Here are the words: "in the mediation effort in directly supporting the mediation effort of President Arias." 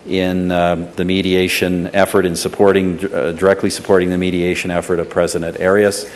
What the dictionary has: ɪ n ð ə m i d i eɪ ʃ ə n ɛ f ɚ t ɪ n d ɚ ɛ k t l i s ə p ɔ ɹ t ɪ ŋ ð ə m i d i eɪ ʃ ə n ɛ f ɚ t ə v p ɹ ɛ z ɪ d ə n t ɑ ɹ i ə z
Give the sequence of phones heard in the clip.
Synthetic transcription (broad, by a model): ɪ n ð ə m i d i eɪ ʃ ə n ɛ f ɚ t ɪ n d ɚ ɛ k t l i s ə p ɔ ɹ t ɪ ŋ ð ə m i d i eɪ ʃ ə n ɛ f ɚ t ə v p ɹ ɛ z ɪ d ə n t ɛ ɹ i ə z